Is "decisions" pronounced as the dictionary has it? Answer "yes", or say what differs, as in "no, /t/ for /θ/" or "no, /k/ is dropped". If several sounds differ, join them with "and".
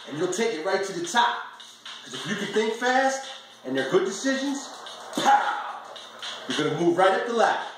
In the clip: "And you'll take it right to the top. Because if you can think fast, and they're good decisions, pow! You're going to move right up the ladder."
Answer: yes